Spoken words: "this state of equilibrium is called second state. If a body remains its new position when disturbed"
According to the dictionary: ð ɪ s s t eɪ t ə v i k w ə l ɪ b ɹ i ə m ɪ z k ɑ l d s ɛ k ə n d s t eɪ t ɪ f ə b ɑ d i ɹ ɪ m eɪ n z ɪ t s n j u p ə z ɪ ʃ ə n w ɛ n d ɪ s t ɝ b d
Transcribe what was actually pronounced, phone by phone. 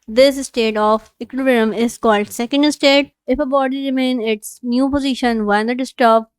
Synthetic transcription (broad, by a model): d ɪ s s t eɪ t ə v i k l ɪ ɹ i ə m ɪ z k ɑ l d s ɛ k ə n d s t eɪ t ɪ f ə b ɑ d i ɹ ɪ m eɪ n ɪ t s n j u p ə z ɪ ʃ ə n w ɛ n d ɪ s t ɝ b